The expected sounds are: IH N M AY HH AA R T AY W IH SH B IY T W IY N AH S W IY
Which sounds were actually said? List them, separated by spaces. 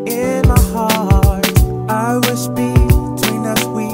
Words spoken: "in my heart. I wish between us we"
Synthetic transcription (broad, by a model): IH N M AY HH AA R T AY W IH S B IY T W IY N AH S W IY